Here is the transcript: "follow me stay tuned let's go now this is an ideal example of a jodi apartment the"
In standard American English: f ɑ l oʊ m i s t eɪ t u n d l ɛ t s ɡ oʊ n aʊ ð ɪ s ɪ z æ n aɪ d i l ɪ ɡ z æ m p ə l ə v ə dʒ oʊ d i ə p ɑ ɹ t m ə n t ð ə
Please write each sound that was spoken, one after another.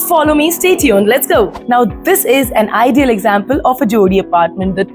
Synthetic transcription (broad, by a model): f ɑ l oʊ m i s t eɪ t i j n l ɛ t s ɡ oʊ n aʊ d ɪ s ɪ z æ n aɪ d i l ɪ ɡ z æ m p ə l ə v ə dʒ oʊ d i ə p ɑ ɹ t m ə n t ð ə